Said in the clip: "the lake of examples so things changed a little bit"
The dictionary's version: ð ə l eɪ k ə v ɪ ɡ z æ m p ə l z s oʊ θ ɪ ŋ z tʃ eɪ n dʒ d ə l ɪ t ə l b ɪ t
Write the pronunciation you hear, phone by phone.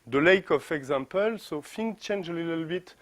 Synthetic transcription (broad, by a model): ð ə l eɪ k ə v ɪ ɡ z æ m p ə l s oʊ f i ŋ tʃ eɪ n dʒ ə l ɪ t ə l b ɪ t